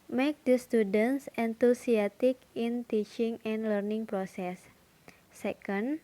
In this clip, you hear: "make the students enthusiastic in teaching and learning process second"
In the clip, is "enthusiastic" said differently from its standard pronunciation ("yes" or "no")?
yes